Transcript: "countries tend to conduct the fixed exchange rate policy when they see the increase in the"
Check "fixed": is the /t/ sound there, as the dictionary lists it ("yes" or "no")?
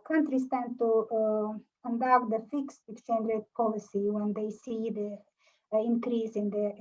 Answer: yes